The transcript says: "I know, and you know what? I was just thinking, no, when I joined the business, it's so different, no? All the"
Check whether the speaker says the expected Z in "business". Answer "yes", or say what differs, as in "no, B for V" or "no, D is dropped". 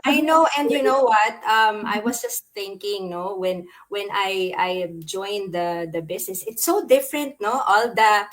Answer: no, S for Z